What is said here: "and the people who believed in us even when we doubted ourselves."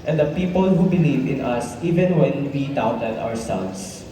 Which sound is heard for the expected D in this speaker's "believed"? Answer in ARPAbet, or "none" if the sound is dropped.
none